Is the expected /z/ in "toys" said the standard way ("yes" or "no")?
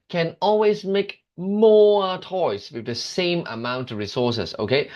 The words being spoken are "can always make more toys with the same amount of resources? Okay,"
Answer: no